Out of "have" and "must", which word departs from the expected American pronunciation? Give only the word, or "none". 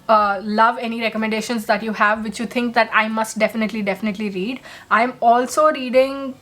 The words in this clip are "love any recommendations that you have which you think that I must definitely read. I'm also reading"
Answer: none